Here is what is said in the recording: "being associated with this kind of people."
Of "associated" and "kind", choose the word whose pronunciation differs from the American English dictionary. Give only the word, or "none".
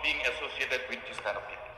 kind